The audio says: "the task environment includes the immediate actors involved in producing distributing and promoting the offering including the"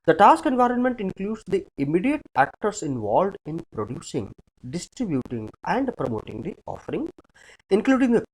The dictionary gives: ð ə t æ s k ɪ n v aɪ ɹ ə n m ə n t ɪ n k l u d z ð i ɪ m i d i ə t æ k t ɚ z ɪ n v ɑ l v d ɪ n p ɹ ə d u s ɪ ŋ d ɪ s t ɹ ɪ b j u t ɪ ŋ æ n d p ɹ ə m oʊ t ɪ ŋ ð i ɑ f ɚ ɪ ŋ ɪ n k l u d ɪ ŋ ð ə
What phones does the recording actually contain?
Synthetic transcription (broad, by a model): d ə t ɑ s k ɪ n v aɪ ɹ ə n m ə n t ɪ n k l u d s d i ɪ m i d i ə t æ k t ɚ s ɪ n v ɑ l v d ɪ n p ɹ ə d u s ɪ ŋ d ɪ s t ɹ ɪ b j u t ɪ ŋ æ n d p ɹ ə m oʊ t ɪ ŋ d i ɑ f ɚ ɪ ŋ ɪ n k l u d ɪ ŋ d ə